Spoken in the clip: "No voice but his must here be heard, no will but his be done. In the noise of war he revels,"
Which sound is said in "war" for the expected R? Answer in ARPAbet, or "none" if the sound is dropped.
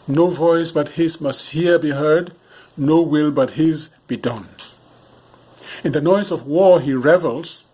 R